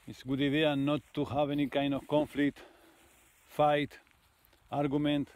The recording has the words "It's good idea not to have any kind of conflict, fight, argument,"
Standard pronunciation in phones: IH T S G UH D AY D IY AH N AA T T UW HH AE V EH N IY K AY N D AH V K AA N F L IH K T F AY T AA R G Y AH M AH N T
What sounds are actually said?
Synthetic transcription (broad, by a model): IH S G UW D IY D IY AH N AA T T UW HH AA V EH N IY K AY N AH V K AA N F L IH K T F AY T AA R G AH M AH N T